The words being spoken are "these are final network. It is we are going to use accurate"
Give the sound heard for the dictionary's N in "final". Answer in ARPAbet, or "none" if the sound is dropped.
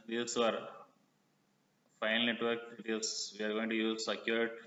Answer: none